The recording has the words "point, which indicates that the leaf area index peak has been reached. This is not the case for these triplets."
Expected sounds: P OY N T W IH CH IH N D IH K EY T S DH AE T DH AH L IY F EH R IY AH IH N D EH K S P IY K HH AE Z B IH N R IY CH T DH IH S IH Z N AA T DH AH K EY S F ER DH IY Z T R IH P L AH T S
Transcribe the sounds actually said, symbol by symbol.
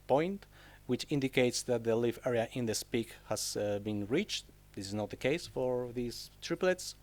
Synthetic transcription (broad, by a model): P OY N T W IH CH IH N D IH K EY T S DH AE T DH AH L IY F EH R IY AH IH N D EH S P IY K HH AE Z B IH N R IY CH T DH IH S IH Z N AA T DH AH K EY S F ER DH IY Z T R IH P L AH T S